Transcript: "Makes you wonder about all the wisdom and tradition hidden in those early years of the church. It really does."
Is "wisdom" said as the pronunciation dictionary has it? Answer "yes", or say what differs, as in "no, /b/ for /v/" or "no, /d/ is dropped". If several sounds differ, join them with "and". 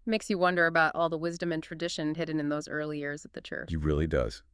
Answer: yes